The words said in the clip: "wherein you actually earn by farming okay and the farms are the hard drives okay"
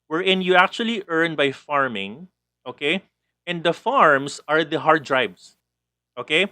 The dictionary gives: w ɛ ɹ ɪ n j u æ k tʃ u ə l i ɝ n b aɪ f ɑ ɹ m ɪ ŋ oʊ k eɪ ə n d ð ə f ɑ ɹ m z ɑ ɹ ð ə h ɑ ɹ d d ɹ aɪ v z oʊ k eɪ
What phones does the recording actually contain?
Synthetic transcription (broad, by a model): w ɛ ɹ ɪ n j u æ k tʃ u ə l i ɝ n b aɪ f ɑ ɹ m ɪ ŋ oʊ k eɪ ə n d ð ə f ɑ ɹ m s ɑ ɹ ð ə h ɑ ɹ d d ɹ aɪ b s oʊ k eɪ